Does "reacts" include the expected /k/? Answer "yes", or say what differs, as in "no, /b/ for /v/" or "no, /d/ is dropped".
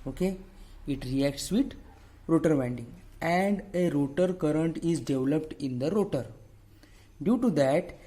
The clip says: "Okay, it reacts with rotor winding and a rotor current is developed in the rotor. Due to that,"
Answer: yes